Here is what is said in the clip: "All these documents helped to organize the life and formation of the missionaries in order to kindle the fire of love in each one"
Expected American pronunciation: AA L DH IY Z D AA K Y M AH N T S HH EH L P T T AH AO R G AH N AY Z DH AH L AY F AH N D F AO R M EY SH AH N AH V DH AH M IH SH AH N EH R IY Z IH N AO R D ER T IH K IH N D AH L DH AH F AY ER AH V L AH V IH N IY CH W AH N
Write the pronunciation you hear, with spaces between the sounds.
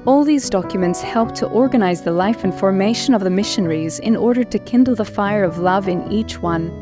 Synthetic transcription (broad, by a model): AA L DH IY Z D AA K Y M AH N T S HH EH L P T T AO R G AH N AY Z DH AH L AY F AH N F AO R M EY SH AH N AH V DH AH M IH SH AH N EH R IY Z IH N AO R D ER T IH K IH N D L DH AH F AY ER AH V L AH V IH N IY CH W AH N